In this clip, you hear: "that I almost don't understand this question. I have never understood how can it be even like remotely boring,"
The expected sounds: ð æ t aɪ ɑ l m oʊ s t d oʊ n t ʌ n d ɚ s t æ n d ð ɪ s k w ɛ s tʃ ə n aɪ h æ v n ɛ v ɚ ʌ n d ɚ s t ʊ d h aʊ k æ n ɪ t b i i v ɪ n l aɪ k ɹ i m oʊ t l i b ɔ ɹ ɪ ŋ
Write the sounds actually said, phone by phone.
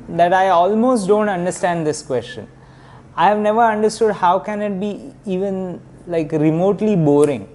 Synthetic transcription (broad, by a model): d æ t aɪ ɑ l m oʊ s t d oʊ n t ʌ n d ɚ s t æ n d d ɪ s k w ɛ s tʃ ə n aɪ h æ v n ɛ v ɚ ʌ n d ɚ s t ʊ d h aʊ k æ n ɪ t b i i v ɪ n l aɪ k ɹ i m oʊ t l i b ɔ ɹ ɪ ŋ